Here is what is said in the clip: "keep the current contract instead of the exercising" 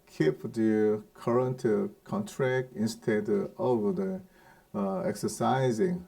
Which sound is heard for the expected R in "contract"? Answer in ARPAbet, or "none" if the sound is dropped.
R